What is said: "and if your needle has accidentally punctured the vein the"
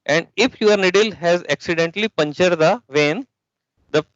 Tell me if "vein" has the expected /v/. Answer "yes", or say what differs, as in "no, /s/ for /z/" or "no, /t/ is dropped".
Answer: yes